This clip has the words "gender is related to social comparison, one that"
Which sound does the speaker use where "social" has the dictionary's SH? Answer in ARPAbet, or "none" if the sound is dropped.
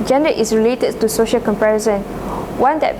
SH